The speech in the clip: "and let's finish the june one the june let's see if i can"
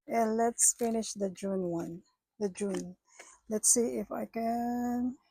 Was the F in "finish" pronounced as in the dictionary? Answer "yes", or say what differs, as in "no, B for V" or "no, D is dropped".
yes